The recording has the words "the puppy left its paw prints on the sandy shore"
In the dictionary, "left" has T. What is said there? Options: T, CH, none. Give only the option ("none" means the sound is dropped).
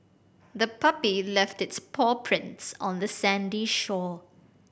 T